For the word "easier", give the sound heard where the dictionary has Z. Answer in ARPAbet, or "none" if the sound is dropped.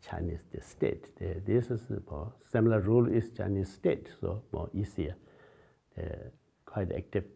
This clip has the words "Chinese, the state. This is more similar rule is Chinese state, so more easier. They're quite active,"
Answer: S